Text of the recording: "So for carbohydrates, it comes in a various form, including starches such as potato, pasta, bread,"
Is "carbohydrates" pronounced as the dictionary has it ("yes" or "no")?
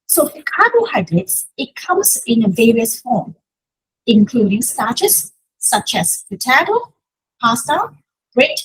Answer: no